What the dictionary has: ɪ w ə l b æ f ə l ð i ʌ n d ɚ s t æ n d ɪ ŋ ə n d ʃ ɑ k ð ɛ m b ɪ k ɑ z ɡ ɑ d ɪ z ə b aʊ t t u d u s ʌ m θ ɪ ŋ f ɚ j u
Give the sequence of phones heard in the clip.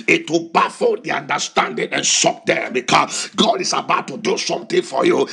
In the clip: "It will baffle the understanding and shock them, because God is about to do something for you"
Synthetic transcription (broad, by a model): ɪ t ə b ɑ f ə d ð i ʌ n d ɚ s t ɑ n d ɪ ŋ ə n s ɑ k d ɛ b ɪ k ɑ s ɡ ɑ d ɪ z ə b aʊ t t u d u s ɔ m t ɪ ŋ f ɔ j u